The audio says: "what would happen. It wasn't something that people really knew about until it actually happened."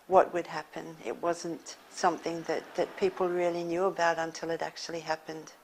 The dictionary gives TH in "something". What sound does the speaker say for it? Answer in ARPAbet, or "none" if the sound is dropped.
TH